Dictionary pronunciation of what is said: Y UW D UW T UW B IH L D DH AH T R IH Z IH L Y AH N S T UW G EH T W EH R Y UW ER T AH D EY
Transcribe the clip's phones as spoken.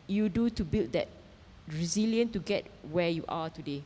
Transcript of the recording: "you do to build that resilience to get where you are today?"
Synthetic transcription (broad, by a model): Y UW D UW T UW B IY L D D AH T R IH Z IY L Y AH N T UW G EH T W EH Y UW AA T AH D EY